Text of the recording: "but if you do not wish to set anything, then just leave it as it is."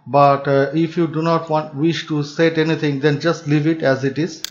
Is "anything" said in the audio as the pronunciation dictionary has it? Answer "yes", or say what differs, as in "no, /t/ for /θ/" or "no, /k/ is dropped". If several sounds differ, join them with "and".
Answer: no, /t/ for /θ/